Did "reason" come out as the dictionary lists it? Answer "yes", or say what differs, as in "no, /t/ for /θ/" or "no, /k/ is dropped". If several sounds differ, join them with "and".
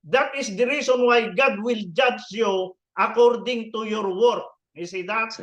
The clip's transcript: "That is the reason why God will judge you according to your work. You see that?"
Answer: no, /s/ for /z/